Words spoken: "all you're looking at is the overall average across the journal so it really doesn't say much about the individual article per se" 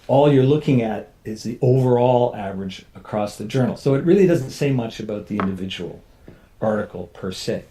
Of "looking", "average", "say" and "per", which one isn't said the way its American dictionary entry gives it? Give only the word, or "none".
none